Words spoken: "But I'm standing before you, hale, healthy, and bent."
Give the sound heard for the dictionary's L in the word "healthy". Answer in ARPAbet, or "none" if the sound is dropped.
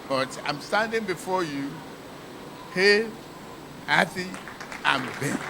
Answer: none